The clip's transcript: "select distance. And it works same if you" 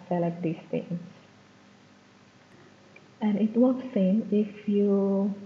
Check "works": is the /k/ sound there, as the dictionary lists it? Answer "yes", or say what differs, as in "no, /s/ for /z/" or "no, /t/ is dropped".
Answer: no, /k/ is dropped